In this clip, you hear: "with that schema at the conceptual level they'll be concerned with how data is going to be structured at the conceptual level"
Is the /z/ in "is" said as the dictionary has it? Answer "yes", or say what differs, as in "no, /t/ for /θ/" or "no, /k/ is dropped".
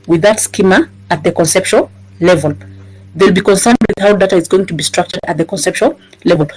yes